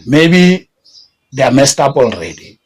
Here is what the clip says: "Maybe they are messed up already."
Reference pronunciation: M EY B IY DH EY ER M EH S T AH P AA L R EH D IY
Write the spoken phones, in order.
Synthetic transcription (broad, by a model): M EY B IY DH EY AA M EH S T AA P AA L R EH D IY